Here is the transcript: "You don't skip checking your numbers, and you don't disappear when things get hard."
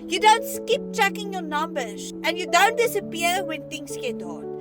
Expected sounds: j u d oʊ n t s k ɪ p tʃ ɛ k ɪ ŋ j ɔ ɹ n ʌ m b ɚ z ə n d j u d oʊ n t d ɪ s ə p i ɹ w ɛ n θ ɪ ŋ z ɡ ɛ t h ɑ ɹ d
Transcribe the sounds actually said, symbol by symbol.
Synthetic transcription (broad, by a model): j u d oʊ n t s k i p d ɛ k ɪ ŋ j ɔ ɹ n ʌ m b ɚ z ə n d j u d oʊ n t d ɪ s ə p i ɹ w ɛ n t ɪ ŋ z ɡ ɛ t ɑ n